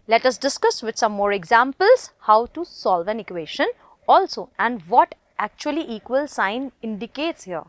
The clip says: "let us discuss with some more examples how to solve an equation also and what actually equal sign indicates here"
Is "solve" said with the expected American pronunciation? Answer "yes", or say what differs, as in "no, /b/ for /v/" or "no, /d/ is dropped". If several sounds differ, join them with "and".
yes